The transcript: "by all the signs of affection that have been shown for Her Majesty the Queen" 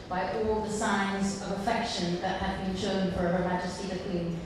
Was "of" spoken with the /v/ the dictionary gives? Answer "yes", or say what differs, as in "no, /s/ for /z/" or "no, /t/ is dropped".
yes